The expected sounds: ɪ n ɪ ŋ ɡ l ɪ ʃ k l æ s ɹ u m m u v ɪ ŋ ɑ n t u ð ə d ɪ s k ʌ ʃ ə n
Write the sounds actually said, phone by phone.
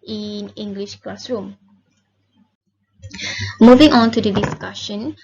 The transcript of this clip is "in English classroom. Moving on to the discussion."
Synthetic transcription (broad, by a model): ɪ n ɪ ŋ ɡ l ɪ ʃ k l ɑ s ɹ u m m u v ɪ ŋ ɑ n t u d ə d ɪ s k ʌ ʃ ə n